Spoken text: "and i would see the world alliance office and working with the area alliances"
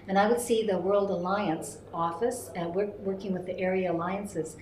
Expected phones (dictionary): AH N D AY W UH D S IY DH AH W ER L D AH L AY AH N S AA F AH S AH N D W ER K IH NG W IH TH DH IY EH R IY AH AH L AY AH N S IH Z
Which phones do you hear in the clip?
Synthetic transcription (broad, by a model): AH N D AY W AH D S IY DH AH W ER L D AH L AY AH N S AA F AH S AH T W W ER K IH NG W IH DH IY EH R IY AH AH L AY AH N S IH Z